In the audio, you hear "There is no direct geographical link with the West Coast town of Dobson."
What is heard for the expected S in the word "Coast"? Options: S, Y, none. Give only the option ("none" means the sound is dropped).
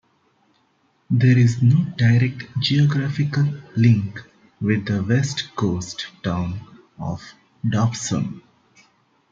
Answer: S